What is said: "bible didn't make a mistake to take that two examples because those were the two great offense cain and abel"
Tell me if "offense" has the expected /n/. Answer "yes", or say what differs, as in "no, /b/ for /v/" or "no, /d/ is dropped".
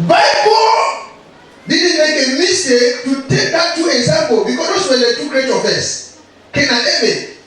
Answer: no, /n/ is dropped